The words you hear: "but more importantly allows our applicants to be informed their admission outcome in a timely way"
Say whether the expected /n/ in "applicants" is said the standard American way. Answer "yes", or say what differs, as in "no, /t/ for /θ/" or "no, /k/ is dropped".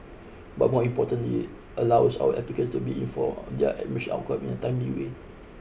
no, /n/ is dropped